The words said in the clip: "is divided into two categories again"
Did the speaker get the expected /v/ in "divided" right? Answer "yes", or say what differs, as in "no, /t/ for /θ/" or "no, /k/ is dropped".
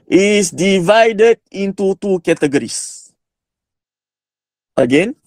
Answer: yes